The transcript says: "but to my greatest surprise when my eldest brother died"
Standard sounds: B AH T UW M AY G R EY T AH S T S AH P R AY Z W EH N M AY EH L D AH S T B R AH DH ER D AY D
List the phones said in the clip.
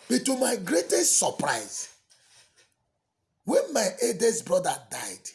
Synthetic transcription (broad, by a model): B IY T UW M AY G R EY T AH S T S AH P R AY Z W EH N M AY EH D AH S B R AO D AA D AY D